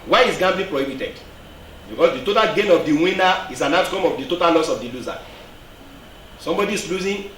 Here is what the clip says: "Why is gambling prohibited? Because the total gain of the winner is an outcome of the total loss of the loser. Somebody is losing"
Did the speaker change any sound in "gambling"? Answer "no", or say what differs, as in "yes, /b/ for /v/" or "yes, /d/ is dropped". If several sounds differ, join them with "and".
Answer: yes, /l/ is dropped